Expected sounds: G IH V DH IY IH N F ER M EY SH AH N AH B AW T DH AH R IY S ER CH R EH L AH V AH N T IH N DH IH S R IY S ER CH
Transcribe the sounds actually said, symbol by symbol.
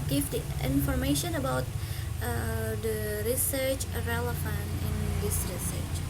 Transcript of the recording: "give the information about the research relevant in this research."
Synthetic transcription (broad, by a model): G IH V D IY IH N F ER M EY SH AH N AH B AW T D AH R IY S ER CH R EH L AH F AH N IH N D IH S R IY S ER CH